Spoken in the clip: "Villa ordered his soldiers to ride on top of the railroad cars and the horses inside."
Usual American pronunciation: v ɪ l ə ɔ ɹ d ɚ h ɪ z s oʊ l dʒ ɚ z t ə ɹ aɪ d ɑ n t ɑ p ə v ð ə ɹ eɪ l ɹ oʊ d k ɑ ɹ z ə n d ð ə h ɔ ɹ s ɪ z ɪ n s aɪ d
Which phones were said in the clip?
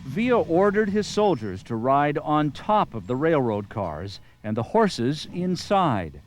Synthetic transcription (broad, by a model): v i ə ɔ ɹ d ɚ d ɪ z s oʊ l dʒ ɚ z t ə ɹ aɪ d n t ɑ p ə v ð ə ɹ eɪ l ɹ oʊ d k ɑ ɹ z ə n ð ə h ɔ ɹ s ɪ z ɪ n s aɪ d